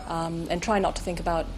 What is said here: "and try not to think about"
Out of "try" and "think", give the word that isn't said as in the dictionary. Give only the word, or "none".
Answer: none